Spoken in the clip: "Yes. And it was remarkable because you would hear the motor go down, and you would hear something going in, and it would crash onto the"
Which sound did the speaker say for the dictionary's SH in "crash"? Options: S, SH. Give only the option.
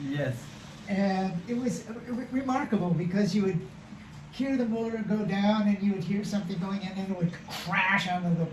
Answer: SH